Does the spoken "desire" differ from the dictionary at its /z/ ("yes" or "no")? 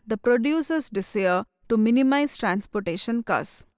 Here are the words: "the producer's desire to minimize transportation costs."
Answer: yes